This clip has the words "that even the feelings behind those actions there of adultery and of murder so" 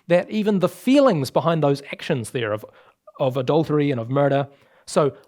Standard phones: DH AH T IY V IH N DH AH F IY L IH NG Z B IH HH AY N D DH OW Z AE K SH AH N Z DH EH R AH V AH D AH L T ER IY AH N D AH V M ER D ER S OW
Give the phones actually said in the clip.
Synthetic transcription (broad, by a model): DH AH T IY V IH N DH AH F IY L IH NG Z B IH HH AY N DH OW Z AE K SH AH N Z DH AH R AH V AH D AH L T ER IY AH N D AH V M ER D ER S OW